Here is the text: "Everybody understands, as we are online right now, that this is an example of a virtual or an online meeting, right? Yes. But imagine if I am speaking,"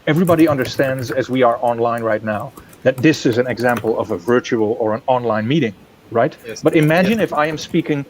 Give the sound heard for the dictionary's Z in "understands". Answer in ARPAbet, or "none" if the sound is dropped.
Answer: Z